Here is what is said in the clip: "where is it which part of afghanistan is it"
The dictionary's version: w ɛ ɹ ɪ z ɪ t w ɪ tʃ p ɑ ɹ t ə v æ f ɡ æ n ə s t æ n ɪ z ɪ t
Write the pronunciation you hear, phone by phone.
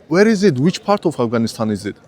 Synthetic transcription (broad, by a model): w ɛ ɹ ɪ z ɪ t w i tʃ p ɑ ɹ t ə f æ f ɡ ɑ n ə s t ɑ n ɪ z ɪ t